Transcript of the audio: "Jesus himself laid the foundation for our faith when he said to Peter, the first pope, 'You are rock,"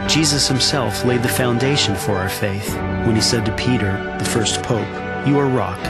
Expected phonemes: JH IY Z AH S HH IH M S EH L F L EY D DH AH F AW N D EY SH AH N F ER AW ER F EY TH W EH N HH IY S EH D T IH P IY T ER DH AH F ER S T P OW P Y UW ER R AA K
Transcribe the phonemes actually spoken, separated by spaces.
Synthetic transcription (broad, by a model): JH IY Z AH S HH IH M S EH L F L EY D DH AH F AW N D EY SH AH N F ER AW ER F EY TH W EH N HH IY S EH D T IH P IY T ER DH AH F ER S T P OW P Y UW ER R AA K